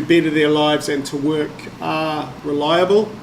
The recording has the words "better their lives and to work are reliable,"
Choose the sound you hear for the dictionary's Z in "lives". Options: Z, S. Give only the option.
Z